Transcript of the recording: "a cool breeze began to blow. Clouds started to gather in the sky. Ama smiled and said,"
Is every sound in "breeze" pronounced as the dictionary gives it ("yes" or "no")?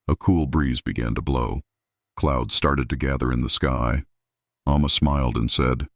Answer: yes